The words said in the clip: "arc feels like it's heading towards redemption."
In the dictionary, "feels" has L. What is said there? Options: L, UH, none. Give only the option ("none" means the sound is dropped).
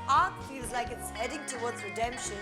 none